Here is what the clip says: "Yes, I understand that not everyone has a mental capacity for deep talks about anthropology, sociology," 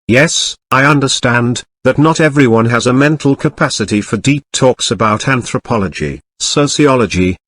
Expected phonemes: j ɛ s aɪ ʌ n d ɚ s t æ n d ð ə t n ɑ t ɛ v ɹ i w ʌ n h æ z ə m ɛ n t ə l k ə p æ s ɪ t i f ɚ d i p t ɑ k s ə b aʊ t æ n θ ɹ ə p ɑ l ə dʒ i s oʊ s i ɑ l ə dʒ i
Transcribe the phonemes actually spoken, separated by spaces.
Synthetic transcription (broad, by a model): j ɛ s aɪ ʌ n d ɚ s t æ n ð ə t n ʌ t ɛ v ɹ i w ʌ n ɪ z ə m ɛ n t l k ə p æ s ɪ t i f ɚ d i p t ɑ k s ə b aʊ t æ n θ ɹ ə p ɑ l ə dʒ i s oʊ s i ɑ l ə dʒ i